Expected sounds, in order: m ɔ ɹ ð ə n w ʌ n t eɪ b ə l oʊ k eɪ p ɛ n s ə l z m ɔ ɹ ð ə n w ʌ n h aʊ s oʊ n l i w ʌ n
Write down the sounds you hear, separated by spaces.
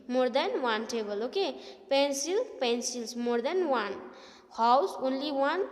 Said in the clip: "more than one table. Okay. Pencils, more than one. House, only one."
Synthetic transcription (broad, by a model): m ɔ ɹ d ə n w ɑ n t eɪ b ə l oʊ k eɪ p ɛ n s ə l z m ɔ ɹ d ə n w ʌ n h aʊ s oʊ n l i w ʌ n